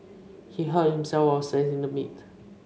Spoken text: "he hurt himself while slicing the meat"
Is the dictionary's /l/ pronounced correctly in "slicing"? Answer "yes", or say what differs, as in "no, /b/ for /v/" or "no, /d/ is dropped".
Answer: no, /l/ is dropped